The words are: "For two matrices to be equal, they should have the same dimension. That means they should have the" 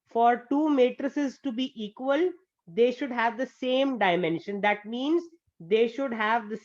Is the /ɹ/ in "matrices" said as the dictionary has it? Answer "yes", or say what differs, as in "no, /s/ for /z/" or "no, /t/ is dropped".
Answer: yes